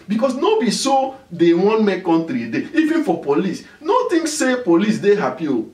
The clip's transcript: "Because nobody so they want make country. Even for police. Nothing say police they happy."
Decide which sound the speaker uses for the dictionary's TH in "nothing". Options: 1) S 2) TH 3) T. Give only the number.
3